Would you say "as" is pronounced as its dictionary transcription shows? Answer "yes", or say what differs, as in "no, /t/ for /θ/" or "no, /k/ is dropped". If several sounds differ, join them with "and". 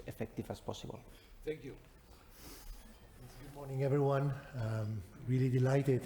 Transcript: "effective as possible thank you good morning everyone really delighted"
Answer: no, /s/ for /z/